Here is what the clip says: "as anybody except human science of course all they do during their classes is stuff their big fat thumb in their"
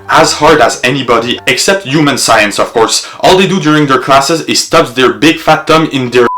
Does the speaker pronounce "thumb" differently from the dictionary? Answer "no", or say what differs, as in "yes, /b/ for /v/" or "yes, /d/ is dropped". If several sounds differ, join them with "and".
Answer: yes, /t/ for /θ/